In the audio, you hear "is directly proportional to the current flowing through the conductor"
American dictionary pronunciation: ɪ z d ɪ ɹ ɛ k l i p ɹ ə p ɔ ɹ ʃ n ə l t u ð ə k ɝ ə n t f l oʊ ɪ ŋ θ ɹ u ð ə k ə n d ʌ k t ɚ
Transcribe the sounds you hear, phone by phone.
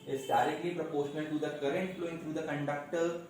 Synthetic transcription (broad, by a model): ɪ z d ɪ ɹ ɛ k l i p ɹ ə p ɔ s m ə n t u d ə k ɝ ə n t f l oʊ ɪ ŋ t ɹ u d ə k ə n d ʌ k t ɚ